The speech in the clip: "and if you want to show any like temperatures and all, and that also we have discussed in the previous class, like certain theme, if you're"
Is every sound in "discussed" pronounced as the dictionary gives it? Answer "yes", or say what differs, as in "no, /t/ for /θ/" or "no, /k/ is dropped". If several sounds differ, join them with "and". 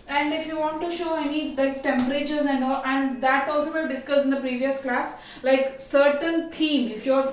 no, /t/ is dropped